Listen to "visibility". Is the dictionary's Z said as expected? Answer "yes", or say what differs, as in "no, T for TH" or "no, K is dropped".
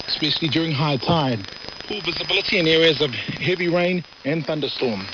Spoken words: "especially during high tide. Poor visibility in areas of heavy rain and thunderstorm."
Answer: yes